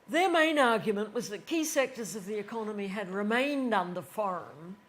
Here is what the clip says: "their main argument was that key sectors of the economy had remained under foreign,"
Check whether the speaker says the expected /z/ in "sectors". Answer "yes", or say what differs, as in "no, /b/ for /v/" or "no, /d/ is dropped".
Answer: yes